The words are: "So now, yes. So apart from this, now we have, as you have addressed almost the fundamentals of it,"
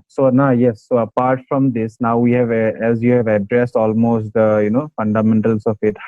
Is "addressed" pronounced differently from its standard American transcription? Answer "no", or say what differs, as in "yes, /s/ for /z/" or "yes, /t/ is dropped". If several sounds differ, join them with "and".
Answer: no